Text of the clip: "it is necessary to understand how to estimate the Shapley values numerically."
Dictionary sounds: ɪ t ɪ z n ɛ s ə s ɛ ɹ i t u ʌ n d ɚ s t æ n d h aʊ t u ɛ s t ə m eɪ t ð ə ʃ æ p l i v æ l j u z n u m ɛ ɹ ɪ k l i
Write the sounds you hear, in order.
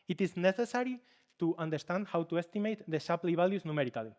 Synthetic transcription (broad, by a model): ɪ t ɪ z n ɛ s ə s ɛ ɹ i t u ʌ n d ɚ s t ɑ n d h aʊ t u ɛ s t ə m eɪ t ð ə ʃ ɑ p l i b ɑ l j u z n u m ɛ ɹ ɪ k l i